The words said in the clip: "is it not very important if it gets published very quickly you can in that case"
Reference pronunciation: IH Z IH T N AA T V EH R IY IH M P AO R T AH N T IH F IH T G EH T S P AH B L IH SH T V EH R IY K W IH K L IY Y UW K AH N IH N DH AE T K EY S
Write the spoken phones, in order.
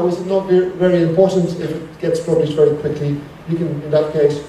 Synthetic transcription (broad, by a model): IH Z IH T N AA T V EH R IY IH M P AO R T AH N T IH F IH T G EH T S P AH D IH S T V EH R IY K W IH K L IY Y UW K AH N IH N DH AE T K EY S